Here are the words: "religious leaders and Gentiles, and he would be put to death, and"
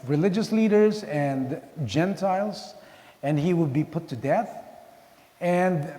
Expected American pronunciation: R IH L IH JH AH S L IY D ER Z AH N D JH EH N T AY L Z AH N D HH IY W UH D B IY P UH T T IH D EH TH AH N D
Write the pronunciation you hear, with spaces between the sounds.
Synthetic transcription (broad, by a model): R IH L IH JH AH S L IY D ER Z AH N JH EH N T AY L Z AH N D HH IY W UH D B IY P UH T T IH D EH TH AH N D